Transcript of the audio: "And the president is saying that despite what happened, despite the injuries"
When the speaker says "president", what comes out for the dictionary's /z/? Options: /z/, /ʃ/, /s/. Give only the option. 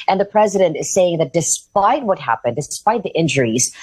/z/